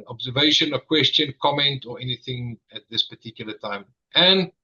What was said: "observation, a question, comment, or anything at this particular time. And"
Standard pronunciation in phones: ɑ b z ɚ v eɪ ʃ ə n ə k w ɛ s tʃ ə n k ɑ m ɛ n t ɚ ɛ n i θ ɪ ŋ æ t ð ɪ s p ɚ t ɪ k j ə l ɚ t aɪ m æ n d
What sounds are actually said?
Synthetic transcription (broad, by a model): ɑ b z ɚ v eɪ ʃ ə n ə k w ɛ s tʃ ə n k ɑ m ɛ n t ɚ ɛ n i θ ɪ ŋ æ t ð ɪ s p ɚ t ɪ k j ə l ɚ t aɪ m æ n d